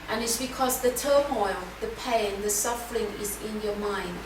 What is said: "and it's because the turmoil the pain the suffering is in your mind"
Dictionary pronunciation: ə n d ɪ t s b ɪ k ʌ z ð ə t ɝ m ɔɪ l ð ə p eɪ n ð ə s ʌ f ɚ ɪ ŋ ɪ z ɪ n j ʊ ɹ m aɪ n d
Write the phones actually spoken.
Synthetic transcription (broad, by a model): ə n ɪ t s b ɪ k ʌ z ð ə t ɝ m ɔɪ l ð ə p eɪ n ð ə s ʌ f ɚ ɪ ŋ ɪ z ɪ n j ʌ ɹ m aɪ n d